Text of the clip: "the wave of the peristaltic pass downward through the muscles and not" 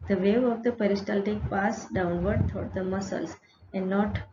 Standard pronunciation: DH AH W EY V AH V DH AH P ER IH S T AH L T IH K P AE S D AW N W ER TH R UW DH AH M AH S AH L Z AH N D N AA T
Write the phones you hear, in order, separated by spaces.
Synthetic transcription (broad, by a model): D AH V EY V AH V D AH P ER IH S T AH L T IH K P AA S D AW N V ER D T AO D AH M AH S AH L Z AH N D N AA T